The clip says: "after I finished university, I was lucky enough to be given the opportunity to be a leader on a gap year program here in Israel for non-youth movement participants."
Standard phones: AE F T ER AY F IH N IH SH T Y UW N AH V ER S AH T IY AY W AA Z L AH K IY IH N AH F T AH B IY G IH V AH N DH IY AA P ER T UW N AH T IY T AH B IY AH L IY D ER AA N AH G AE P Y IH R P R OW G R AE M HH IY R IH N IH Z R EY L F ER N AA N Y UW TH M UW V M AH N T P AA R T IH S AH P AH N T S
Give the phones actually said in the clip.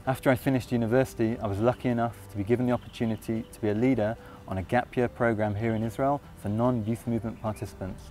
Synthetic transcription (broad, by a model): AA F T ER AY F IH N IH SH T Y UW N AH V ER S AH T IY AY W AA Z L AH K IY IH N AH F T AH B IY G IH V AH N DH IY AA P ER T UW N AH T IY T AH B IY AH L IY D ER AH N AH G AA P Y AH P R OW G R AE M HH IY R IH N IH Z R EY L F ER N AA N Y UW TH M UW V M AH N P AA T IH S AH P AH N T S